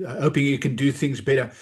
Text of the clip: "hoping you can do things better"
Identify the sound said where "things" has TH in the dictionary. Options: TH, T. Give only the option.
TH